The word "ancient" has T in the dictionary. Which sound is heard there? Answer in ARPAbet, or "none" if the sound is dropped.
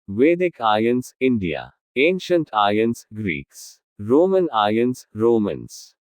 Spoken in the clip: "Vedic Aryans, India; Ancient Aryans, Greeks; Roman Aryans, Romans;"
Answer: T